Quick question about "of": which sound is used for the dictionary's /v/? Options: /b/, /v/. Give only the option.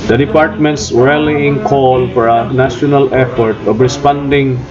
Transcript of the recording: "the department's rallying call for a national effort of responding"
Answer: /b/